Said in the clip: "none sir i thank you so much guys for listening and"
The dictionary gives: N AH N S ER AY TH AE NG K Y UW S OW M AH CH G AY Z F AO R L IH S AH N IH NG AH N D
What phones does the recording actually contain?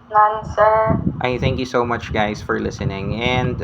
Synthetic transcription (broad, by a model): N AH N S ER AY TH AE NG K Y UW S OW M AH CH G AY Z F AO R L IH S AH N IH NG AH N D